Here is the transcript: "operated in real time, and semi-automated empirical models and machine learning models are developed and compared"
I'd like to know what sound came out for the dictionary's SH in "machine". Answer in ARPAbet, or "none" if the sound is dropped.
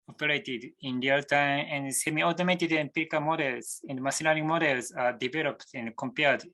S